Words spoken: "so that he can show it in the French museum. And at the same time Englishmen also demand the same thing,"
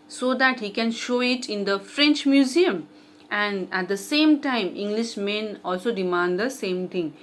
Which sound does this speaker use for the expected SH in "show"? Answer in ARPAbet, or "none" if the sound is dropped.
SH